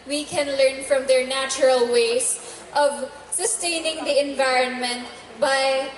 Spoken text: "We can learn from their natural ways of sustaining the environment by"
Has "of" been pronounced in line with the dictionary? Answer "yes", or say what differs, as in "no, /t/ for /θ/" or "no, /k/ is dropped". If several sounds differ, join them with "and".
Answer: yes